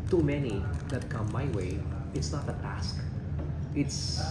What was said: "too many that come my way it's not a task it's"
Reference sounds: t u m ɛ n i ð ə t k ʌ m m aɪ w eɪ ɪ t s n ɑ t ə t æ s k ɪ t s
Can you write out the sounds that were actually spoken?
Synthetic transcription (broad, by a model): t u m ɛ n i ð ə t k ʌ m m aɪ w eɪ ɪ t s n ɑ t ə t æ s k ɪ t s